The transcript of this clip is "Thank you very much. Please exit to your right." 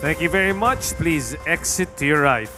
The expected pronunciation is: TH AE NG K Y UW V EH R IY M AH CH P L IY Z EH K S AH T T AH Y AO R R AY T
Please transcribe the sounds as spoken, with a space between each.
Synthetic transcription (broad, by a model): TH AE NG K Y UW V EH R IY M AH CH P L IY Z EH K S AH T T Y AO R R AY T